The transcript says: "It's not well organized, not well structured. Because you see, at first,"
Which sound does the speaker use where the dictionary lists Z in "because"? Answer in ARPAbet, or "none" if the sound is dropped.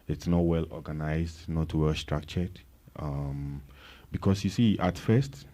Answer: S